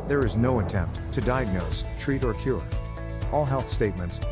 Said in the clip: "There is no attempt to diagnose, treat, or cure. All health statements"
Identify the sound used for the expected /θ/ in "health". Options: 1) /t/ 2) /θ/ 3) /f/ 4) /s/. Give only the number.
2